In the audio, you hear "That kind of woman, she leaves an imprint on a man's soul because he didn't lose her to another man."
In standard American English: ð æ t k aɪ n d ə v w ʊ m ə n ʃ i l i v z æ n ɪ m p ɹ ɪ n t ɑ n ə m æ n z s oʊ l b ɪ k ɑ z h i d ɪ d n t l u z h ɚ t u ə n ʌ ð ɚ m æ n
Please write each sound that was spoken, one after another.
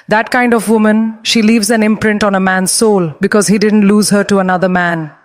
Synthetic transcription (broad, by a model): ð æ t k aɪ n d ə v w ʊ m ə n ʃ i l i v z æ n ɪ m p ɹ ɪ n t ɑ n ə m æ n z s oʊ l b ɪ k ɑ z h i d ɪ d n t l u z h ɚ t u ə n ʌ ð ɚ m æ n